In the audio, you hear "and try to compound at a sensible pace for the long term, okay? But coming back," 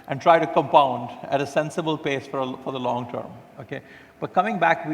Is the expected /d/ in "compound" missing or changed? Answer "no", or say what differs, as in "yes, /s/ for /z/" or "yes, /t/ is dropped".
no